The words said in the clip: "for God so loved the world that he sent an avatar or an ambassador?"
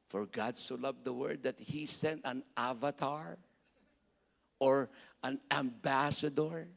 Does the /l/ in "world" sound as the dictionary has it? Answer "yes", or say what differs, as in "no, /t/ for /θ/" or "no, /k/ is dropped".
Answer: no, /l/ is dropped